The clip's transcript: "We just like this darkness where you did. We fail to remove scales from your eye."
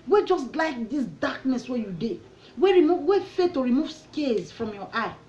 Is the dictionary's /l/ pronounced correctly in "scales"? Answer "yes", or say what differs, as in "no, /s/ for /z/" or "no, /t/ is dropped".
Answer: no, /l/ is dropped